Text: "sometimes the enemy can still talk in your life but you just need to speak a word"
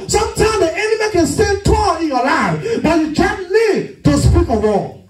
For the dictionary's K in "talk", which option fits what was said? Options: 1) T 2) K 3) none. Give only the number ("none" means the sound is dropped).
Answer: 3